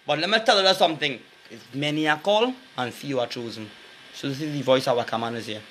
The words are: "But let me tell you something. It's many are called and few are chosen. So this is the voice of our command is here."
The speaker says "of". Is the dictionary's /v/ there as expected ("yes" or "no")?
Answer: no